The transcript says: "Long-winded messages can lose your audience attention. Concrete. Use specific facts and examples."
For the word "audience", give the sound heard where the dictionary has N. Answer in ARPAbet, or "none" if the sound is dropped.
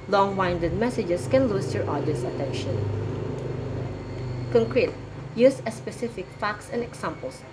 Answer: none